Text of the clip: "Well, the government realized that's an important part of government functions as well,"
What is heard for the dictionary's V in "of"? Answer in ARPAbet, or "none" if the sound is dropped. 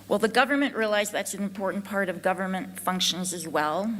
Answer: V